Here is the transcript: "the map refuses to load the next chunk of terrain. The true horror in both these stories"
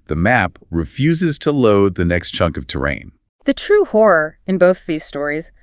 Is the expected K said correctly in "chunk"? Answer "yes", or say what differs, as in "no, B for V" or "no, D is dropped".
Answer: yes